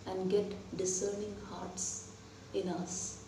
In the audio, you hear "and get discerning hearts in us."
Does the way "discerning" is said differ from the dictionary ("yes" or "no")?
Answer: no